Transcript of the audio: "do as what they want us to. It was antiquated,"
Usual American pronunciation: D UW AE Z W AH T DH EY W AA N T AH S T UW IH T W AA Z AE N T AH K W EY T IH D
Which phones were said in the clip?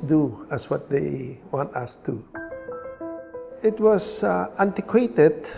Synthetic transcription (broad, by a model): D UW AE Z W AH T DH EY W AA N T AH S T UW IH T W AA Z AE N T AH K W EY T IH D